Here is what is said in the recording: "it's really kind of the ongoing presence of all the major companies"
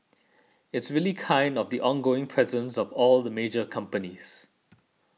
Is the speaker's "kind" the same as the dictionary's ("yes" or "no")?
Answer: yes